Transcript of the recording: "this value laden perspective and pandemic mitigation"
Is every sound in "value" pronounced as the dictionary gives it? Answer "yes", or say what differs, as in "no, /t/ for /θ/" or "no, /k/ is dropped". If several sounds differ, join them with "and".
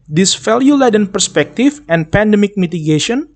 no, /f/ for /v/